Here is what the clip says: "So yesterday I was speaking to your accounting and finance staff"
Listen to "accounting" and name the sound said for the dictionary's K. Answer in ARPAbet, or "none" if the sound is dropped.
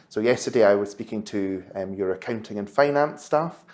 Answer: K